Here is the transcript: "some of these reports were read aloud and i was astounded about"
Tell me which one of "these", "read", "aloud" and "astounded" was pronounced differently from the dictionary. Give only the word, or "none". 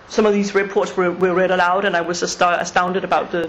none